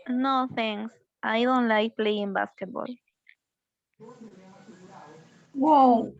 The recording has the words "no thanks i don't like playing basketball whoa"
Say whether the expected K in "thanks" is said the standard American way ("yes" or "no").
no